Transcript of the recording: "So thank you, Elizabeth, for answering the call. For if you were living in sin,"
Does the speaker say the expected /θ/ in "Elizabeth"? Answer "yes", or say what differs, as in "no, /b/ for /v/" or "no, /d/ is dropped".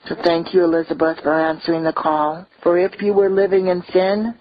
yes